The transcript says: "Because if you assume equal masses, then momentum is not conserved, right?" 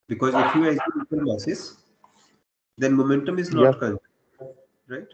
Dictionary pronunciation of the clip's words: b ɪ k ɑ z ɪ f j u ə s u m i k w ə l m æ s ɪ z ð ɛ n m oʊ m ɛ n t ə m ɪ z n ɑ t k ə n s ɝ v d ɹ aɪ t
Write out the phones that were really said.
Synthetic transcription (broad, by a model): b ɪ k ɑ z ɪ f j u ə ɪ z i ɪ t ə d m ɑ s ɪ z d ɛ n m oʊ m ɛ n t ə m ɪ z n ɑ t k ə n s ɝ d ɹ aɪ t